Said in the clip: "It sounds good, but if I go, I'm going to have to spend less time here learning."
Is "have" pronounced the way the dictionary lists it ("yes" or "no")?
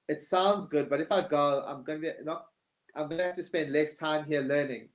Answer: no